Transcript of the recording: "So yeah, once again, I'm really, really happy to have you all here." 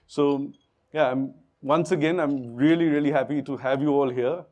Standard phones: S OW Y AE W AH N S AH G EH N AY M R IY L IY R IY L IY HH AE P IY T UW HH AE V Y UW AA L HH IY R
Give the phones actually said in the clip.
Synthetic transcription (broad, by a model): S OW Y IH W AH N S AH G EH N AY M R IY L IY R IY L IY HH AE P IY T UW HH AE V Y UW AA L HH IY R